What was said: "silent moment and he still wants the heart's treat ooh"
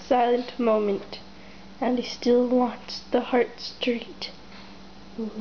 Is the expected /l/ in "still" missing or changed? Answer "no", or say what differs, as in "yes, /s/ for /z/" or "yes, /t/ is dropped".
no